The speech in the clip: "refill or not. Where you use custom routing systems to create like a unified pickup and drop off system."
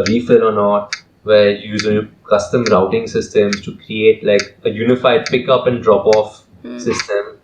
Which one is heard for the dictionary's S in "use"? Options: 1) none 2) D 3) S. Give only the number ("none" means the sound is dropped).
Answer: 1